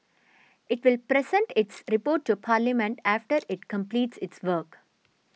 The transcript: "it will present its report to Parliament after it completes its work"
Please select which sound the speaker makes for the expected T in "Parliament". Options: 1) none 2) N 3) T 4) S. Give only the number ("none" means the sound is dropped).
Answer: 3